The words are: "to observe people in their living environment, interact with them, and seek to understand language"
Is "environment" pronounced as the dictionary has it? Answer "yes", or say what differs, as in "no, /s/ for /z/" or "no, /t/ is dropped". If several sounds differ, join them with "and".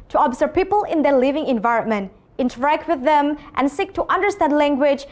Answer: yes